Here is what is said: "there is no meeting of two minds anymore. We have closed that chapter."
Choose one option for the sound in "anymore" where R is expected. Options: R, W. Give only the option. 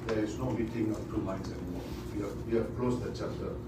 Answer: W